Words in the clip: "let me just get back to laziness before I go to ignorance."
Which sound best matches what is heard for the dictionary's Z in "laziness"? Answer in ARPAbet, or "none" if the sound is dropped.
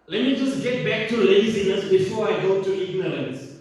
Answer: S